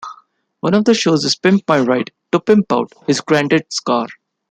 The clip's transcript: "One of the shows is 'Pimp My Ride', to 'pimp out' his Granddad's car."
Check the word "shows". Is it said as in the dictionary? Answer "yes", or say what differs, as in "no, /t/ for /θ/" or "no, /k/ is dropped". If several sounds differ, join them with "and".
yes